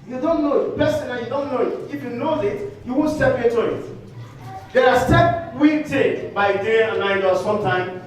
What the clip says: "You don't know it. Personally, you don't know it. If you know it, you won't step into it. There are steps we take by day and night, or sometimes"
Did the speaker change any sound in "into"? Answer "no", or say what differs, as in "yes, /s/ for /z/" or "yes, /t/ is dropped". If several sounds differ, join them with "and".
yes, /n/ is dropped